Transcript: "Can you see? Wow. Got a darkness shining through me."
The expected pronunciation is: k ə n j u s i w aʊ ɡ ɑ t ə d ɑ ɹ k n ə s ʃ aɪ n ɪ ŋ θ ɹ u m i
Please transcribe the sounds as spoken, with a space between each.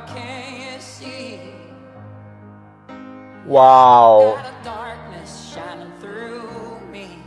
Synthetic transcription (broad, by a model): k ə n j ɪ s i w aʊ ə d ɑ ɹ k n ə s ʃ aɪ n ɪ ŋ θ ɹ u m i